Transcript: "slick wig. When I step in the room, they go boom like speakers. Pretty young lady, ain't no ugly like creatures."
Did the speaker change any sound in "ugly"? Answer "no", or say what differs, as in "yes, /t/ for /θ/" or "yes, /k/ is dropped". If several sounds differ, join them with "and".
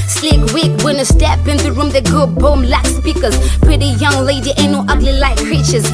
no